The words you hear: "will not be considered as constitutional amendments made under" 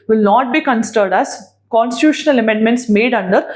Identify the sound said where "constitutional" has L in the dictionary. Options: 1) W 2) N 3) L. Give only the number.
3